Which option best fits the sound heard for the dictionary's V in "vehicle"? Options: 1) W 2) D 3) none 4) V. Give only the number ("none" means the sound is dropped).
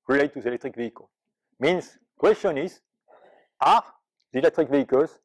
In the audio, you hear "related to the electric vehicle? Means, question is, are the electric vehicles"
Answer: 4